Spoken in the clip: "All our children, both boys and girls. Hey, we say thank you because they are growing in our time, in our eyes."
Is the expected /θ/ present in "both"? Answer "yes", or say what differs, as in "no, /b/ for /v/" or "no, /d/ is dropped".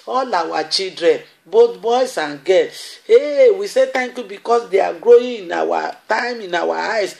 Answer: no, /t/ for /θ/